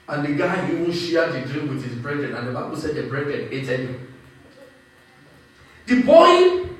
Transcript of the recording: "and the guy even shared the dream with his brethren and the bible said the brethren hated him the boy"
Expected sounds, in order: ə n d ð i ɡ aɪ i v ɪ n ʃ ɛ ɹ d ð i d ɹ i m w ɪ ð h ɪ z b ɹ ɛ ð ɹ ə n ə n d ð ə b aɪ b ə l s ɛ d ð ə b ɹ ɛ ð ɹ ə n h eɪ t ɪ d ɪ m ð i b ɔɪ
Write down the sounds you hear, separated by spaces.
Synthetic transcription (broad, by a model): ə n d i ɡ aɪ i w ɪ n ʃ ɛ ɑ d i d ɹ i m w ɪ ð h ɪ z b ɹ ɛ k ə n ə n d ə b aɪ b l s ɛ d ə b ɹ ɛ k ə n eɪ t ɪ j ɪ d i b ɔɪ